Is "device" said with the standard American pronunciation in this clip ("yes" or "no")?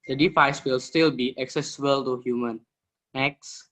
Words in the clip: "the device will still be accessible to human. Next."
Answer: no